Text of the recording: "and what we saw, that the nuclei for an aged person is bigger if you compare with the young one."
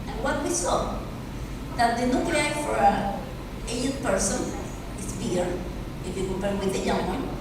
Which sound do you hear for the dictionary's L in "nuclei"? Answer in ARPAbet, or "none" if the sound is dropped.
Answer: none